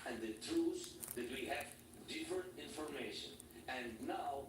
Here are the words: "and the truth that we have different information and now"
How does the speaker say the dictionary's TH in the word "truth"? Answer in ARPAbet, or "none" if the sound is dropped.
S